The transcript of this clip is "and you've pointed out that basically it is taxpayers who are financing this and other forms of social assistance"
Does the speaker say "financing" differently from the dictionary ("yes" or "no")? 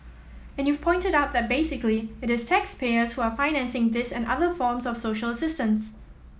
no